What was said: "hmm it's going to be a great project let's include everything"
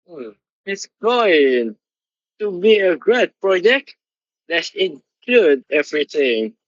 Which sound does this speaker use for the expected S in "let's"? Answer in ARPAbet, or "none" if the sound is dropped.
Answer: none